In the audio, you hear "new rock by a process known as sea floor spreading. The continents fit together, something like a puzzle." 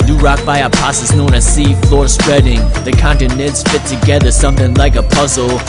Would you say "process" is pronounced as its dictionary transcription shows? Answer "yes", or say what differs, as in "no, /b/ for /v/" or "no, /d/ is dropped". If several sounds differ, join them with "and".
no, /ɹ/ is dropped